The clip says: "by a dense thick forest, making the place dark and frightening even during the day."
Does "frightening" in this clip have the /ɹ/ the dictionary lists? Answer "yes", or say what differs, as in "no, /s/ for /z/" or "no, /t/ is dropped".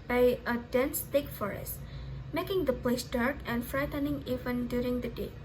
yes